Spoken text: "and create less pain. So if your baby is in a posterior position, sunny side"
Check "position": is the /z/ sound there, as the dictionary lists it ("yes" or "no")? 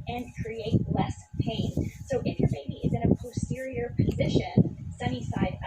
yes